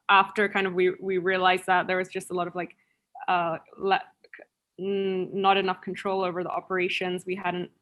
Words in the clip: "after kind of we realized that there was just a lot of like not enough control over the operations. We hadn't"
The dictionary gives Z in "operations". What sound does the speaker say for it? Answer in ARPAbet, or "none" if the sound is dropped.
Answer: Z